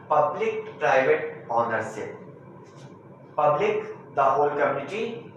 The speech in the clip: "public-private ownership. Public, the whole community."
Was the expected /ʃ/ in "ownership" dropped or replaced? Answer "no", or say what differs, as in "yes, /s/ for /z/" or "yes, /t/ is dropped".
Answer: yes, /s/ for /ʃ/